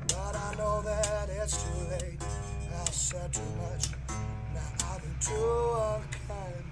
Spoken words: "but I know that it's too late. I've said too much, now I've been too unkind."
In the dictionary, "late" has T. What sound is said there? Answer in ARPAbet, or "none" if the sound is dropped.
none